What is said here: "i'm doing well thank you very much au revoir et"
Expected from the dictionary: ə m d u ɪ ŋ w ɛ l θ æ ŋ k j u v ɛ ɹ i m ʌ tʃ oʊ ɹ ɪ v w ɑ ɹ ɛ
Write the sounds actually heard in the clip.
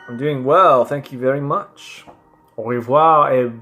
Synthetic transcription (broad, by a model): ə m d u ɪ ŋ w ɛ l θ æ ŋ k j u v ɛ ɹ i m ʌ tʃ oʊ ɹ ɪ v w ɑ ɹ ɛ